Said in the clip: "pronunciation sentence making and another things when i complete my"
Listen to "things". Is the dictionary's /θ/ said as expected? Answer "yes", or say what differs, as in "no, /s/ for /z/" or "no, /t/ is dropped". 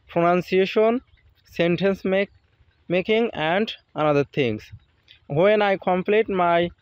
no, /t/ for /θ/